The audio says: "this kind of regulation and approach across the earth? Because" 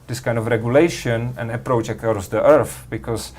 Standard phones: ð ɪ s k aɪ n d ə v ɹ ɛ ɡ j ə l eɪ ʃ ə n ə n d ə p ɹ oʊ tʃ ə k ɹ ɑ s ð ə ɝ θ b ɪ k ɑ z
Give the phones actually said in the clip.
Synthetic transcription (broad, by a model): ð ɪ s k aɪ n d ə v ɹ ɛ ɡ j ə l eɪ ʃ ə n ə n ə p ɹ oʊ tʃ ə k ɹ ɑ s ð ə ɝ θ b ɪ k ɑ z